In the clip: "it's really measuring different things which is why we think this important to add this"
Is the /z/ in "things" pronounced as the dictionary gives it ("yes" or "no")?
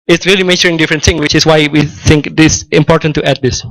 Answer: no